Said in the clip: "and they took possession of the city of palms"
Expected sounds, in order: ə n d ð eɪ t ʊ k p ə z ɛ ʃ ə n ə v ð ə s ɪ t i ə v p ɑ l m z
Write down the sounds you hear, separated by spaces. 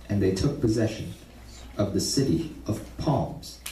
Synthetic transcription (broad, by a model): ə n ð eɪ t ʊ k p ə z ɛ ʃ ə n ə v ð ə s ɪ t i ə v p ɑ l m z